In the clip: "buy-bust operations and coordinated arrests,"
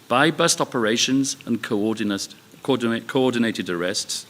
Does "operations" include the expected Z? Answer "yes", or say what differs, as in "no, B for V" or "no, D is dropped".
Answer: yes